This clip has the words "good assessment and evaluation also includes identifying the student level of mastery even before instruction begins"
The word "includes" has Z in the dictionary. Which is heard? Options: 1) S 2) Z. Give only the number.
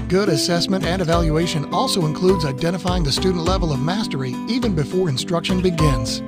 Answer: 2